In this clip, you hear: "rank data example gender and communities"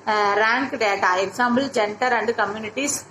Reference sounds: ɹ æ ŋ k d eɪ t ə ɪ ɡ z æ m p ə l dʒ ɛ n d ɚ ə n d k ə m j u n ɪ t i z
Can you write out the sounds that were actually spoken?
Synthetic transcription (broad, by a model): ɹ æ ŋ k d eɪ t ə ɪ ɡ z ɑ m b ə l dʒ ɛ n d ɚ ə n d k ə m j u n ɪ t i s